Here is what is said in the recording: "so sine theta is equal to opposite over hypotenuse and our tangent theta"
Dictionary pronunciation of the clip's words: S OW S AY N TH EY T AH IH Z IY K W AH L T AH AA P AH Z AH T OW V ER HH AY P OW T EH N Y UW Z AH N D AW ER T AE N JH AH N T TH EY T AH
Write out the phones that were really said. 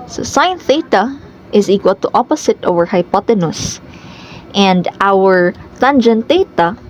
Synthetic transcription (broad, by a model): S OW S AY N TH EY T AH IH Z IY K W AH L T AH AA P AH S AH T OW V ER HH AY P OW T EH N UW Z AH N D AW ER T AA N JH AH N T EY T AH